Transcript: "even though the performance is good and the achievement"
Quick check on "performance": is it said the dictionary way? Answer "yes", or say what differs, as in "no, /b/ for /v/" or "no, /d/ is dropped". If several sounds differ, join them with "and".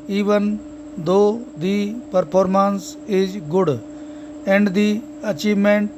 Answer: no, /p/ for /f/